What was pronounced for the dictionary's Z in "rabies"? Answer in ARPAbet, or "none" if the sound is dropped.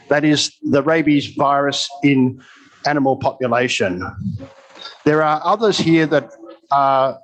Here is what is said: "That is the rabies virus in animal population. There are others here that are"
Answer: Z